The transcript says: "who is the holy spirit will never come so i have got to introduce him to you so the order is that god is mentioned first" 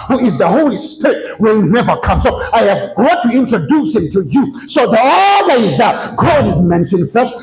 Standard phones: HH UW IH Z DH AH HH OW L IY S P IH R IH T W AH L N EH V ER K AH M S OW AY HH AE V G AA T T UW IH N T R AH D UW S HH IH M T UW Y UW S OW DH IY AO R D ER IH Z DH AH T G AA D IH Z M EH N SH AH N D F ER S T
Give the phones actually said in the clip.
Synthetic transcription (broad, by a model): HH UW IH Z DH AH HH OW L IY S P IH R IH T W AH N N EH V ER K AH M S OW AY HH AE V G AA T T UW IH N T R AH D UW S HH IH M T UW Y UW S OW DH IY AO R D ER IH Z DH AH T G AA D IH Z M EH N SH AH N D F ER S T